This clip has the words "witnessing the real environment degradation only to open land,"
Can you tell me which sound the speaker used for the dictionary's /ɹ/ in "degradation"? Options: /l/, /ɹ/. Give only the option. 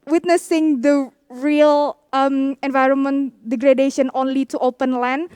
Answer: /ɹ/